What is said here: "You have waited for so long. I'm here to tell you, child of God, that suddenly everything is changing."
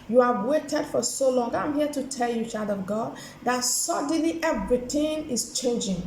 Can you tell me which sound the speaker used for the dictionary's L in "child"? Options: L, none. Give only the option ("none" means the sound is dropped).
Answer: none